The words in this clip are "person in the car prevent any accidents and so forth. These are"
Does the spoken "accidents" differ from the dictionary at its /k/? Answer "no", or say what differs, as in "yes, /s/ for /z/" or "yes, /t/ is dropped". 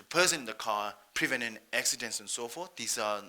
no